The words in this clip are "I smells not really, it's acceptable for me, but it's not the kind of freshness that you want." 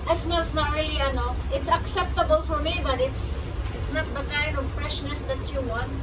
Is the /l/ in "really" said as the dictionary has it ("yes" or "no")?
no